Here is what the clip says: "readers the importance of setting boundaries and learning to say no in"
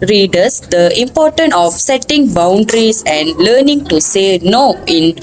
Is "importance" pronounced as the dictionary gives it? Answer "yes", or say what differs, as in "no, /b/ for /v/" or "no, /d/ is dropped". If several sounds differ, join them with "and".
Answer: no, /s/ is dropped